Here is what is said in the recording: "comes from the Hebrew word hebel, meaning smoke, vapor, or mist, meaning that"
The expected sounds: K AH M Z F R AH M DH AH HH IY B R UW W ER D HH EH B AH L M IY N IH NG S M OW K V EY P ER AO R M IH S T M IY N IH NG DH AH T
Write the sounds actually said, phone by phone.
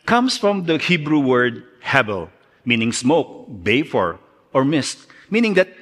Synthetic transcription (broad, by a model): K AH M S F R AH M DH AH HH IY B R UW W ER D HH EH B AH L M IY N IH NG S M OW K B EY F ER AO R M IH S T M IY N IH NG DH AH T